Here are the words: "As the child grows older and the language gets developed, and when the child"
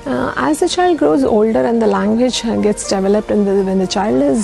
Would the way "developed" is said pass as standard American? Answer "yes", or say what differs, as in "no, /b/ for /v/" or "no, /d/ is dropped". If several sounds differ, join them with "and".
yes